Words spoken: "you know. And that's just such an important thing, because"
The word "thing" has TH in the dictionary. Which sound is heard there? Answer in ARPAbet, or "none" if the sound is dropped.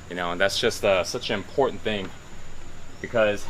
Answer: TH